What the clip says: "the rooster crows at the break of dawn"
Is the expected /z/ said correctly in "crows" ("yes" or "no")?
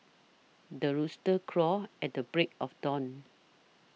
no